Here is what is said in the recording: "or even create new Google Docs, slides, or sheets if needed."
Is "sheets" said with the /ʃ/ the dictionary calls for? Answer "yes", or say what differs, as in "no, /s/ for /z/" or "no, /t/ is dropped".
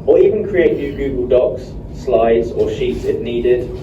yes